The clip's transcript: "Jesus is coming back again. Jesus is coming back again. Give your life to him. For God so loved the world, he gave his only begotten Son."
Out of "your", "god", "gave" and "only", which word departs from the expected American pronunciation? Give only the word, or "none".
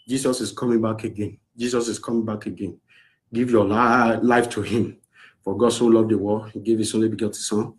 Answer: your